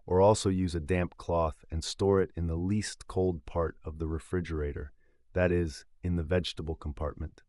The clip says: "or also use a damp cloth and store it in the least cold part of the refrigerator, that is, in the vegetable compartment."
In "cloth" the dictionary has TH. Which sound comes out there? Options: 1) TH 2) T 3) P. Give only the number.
1